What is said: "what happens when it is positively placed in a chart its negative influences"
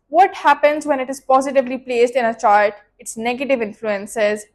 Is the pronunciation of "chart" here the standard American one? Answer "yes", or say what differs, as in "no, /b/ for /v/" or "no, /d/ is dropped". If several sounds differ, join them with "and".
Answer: no, /l/ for /ɹ/